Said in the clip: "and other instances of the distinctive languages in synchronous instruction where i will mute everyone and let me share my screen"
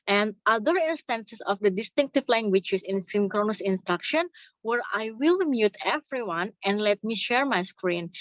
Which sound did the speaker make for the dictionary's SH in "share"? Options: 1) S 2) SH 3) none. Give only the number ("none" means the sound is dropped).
2